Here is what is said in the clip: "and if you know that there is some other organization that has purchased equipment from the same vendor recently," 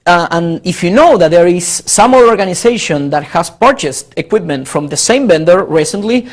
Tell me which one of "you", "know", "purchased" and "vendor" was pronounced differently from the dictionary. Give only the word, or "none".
vendor